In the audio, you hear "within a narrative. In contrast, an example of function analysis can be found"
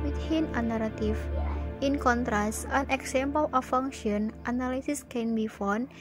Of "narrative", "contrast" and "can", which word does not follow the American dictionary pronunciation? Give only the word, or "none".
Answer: narrative